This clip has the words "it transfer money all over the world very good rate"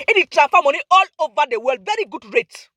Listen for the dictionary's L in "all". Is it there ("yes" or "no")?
yes